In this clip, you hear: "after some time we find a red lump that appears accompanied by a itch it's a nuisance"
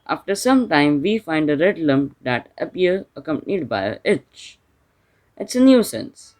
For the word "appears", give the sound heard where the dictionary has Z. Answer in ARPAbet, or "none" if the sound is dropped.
none